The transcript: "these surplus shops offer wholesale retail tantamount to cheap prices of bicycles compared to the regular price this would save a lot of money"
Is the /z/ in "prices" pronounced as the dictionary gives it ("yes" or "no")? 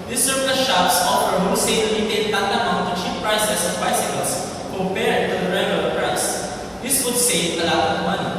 no